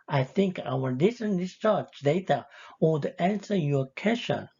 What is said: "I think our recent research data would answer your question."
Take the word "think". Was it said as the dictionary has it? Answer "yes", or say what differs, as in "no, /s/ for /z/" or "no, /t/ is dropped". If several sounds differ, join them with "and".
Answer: yes